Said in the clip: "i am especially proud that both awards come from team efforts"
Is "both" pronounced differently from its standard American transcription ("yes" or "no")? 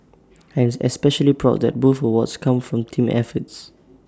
yes